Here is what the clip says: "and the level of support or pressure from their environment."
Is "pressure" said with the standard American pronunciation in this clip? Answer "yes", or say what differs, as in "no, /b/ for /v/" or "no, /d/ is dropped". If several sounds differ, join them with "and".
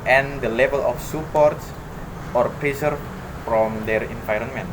no, /s/ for /ʃ/